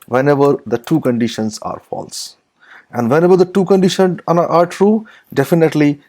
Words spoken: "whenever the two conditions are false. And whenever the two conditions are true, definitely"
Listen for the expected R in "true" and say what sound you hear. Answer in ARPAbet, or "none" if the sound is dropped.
R